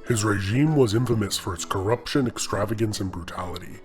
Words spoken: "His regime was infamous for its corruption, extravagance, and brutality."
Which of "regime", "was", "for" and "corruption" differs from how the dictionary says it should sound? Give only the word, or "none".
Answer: none